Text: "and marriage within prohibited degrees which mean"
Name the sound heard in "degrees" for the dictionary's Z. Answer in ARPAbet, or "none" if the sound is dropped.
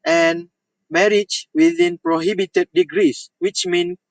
S